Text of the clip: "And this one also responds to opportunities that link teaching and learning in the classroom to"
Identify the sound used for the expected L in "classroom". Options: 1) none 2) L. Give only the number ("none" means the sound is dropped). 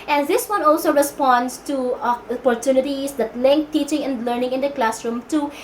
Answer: 2